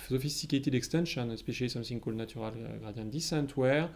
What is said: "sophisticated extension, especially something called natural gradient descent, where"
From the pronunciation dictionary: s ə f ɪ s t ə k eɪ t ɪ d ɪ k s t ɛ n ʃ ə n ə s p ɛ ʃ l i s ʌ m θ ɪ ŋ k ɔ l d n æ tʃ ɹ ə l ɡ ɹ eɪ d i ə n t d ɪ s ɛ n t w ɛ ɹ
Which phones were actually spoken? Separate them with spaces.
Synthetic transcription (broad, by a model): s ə f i s t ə k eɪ t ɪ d ɪ k s t ɛ n ʃ ə n s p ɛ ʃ i s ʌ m s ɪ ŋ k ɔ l n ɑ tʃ ɹ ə l ɡ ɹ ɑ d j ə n d ɪ s ɛ n t w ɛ ɹ